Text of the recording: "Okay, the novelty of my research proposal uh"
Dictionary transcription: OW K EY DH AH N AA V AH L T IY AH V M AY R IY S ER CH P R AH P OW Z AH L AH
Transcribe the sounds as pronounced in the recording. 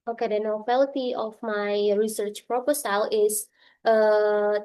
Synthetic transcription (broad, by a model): OW K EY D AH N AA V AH L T IY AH F M AY R IY S ER CH P R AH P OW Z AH L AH